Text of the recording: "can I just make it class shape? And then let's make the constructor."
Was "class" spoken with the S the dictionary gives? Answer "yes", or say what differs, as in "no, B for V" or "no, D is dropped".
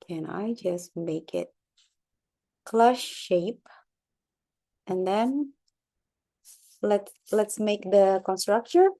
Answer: no, SH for S